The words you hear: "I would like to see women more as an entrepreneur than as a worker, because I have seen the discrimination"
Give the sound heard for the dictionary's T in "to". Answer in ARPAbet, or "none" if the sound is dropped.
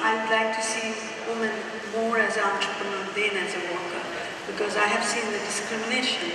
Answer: T